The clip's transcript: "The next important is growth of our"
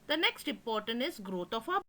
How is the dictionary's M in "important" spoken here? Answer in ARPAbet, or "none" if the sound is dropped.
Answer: none